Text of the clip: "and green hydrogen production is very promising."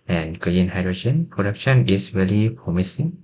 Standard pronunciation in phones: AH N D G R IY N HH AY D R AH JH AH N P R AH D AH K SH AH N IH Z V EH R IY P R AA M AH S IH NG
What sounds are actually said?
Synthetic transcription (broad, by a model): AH N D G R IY N HH AY D R AH JH AH N P R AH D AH K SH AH N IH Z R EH L IY P R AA M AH S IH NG